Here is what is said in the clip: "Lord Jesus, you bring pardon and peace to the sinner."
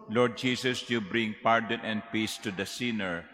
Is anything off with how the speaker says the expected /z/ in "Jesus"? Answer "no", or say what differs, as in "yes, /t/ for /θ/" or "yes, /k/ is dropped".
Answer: yes, /s/ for /z/